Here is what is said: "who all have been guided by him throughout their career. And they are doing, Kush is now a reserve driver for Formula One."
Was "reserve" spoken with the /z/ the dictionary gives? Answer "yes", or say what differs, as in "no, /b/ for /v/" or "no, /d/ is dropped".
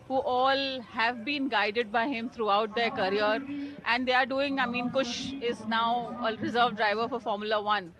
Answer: yes